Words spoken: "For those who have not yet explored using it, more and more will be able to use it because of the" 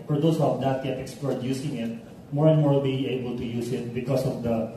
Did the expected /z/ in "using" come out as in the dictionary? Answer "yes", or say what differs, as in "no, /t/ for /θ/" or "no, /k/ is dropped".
no, /s/ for /z/